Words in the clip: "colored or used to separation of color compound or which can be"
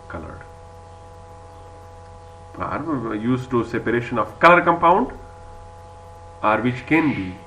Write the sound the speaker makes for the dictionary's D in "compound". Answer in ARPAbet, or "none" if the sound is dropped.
D